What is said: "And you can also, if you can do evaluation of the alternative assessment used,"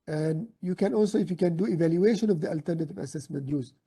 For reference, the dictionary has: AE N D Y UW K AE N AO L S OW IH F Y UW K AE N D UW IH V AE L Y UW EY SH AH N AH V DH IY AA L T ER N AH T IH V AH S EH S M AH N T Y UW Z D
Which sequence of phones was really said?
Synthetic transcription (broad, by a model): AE N D Y UW K AE N AO L S OW IH F Y UW K AE N D UW IH V AE L Y UW EY SH AH N AH V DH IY AA L T ER N AH T IH V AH S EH S M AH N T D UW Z